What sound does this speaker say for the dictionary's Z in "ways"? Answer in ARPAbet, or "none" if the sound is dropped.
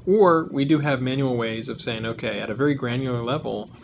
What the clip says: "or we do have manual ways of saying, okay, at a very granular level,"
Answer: Z